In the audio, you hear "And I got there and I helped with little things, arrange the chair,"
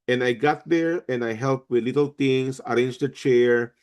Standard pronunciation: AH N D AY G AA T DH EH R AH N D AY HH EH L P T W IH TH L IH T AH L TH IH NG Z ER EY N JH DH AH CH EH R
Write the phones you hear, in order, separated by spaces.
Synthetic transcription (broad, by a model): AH N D AY G AA T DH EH R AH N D AY HH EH L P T W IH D L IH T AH L T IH NG S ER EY N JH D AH CH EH R